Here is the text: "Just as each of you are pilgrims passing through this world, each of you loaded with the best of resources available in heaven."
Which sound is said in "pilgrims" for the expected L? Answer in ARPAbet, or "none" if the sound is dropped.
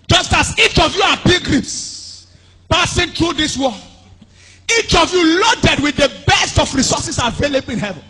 none